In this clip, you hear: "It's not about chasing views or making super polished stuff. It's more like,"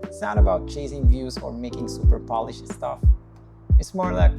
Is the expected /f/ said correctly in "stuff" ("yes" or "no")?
yes